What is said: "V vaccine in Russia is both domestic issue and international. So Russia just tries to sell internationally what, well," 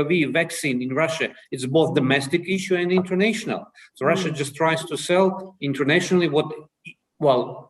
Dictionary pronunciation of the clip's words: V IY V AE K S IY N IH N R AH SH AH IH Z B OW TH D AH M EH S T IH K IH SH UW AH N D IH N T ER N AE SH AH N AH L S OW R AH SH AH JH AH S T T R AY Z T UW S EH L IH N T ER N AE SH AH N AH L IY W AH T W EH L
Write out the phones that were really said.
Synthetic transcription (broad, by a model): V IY V AE K S IY N IH N R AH SH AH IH S B OW TH D AH M EH S T IH K IH SH UW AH N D IH N T ER N AE SH AH N AH L S OW R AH SH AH JH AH S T T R AY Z T UW S EH L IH N T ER N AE SH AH N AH L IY W AH T W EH L